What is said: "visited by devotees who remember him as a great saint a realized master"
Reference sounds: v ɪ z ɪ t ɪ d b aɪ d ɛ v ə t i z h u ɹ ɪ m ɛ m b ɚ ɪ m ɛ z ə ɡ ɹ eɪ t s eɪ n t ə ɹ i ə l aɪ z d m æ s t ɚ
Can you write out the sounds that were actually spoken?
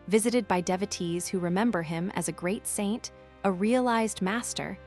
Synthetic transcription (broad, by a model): v ɪ z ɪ t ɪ d b aɪ d ɛ v ə t i z h u ɹ ɪ m ɛ m b ɚ ɪ m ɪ z ə ɡ ɹ eɪ t s eɪ n t ə ɹ i ə l aɪ z d m æ s t ɚ